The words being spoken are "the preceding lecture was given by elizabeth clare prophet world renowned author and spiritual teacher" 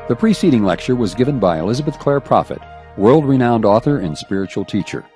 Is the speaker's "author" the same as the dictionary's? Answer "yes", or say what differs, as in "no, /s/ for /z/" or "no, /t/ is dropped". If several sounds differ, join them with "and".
yes